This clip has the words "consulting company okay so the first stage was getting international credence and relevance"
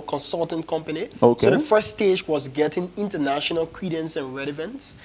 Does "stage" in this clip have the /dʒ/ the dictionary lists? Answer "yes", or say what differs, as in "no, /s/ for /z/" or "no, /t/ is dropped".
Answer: yes